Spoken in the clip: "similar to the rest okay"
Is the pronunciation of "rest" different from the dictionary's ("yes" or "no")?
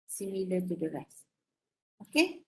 yes